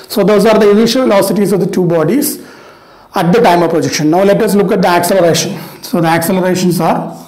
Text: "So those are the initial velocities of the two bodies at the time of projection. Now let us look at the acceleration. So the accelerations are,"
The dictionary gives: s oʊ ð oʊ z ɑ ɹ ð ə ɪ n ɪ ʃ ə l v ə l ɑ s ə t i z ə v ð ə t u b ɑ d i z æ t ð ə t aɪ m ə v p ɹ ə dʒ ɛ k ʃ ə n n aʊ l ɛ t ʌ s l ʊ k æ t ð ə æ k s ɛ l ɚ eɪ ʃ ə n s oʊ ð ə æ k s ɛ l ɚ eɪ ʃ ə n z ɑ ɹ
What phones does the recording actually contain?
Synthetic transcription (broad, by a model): s oʊ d oʊ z ɑ ɹ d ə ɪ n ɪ ʃ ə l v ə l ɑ s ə t i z ə v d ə t u b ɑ d i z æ t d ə t aɪ m ə v p ɹ ə dʒ ɛ k ʃ ə n n aʊ l ɛ t ʌ s l ʊ k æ t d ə æ k s ɛ l ɚ eɪ ʃ ə n s oʊ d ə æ k s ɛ l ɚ eɪ ʃ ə n s ɑ ɹ